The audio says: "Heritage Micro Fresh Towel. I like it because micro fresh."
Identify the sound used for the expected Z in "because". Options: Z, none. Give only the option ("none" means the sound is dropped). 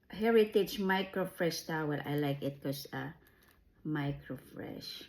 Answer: none